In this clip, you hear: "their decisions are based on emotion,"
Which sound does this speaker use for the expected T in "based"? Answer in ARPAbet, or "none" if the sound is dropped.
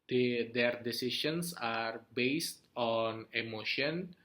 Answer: T